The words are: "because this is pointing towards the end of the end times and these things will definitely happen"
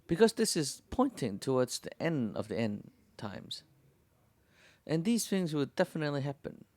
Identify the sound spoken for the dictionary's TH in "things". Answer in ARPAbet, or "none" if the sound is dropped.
TH